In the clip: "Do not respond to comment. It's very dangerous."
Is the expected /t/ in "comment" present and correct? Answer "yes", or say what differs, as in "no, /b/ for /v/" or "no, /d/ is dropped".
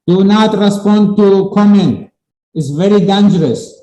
no, /t/ is dropped